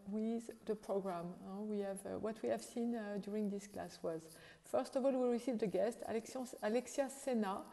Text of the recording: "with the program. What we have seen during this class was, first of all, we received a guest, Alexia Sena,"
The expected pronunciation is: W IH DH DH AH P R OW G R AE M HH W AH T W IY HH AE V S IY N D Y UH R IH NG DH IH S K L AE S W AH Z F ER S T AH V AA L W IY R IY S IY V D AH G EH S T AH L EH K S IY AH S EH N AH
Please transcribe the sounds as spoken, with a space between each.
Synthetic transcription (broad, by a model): W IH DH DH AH P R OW G R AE M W W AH T W IY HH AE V S IY N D Y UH R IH NG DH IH S K L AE S W AH Z F ER S T AH V AA L W IY R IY S IY V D AH G EH S T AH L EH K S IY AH S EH N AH